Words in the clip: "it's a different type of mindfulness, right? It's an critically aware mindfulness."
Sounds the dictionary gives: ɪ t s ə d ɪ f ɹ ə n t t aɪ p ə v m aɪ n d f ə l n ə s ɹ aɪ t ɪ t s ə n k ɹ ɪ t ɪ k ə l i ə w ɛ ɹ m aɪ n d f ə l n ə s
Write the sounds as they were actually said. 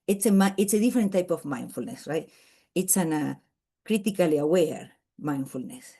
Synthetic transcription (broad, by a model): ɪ t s ə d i f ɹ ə n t t aɪ p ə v m aɪ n f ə l n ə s ɹ aɪ t ɪ t s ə n k ɹ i t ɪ k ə l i ə w ɛ ɹ m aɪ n f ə l n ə s